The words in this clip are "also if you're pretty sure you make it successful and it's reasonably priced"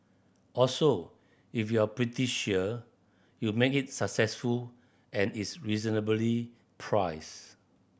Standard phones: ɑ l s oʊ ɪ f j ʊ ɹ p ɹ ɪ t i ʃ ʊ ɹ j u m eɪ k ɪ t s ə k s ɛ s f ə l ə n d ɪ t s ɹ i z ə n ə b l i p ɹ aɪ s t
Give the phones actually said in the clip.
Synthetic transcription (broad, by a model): ɑ l s oʊ ɪ f j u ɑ p ɹ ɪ t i ʃ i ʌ j u m eɪ k ɪ t s ə k s ɛ s f ə l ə n ɪ t s ɹ i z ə n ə b l i p ɹ aɪ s